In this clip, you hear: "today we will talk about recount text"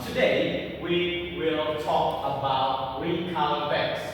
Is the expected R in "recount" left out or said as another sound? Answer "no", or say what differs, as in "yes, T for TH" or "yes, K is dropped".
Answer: yes, W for R